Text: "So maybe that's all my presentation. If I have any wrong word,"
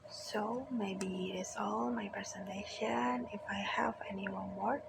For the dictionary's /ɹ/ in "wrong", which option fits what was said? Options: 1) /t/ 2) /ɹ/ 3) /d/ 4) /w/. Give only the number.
4